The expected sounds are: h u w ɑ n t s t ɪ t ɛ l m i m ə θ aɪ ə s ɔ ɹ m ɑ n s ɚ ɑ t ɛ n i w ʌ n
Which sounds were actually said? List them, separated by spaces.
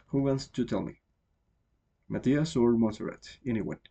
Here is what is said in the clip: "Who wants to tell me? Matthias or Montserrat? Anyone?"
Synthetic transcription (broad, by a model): h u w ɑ n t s t ɪ t ɛ l m i m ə t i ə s ɔ ɹ m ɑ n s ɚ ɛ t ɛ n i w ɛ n